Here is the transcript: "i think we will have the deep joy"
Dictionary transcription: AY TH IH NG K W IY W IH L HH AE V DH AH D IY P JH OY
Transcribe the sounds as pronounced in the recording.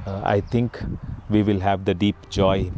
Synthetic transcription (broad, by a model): AY T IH NG K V IY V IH L HH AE V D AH D IY P JH OY